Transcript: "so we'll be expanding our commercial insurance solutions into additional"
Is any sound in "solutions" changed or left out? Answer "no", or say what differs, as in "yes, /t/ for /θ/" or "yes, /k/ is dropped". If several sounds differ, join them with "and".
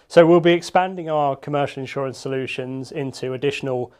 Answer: no